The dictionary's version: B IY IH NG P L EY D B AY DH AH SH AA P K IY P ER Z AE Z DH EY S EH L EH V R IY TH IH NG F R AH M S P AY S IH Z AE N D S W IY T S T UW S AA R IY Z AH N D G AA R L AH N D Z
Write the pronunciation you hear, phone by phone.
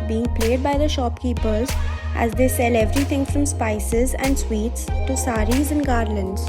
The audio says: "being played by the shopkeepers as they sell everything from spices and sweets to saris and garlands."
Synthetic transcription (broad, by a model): B IY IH NG P L EY D B AY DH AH SH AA P K IY P ER Z AE Z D EY S EH L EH V R IY T IH NG F R AH M S P AY S IH Z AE N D S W IY T S T UW S AA R IY Z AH N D G AA R L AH N D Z